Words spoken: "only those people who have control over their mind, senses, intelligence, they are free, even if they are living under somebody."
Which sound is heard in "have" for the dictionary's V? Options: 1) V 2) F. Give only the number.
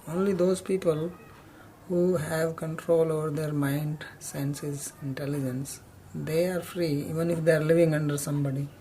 1